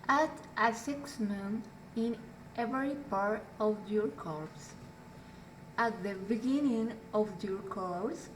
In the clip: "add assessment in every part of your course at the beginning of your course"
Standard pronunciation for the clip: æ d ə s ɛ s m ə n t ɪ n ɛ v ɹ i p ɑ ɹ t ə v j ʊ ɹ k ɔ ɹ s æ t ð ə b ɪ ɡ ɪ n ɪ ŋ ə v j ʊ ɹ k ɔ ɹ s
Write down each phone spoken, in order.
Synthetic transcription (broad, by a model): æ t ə s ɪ s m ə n ɪ n ɛ v ɹ i p ɑ ɹ t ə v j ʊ ɹ k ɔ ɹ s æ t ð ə b ɪ ɡ ɪ n ɪ ŋ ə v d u ɹ k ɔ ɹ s